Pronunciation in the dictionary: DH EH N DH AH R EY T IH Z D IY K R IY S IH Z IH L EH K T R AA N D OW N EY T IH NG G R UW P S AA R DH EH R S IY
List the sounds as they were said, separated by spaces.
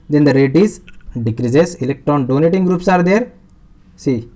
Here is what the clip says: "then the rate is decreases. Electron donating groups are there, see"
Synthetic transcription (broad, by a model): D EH N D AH R EY T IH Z D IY K R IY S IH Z IH L EH K T R AA N D OW N EY T IH NG G R UW P S AA R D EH R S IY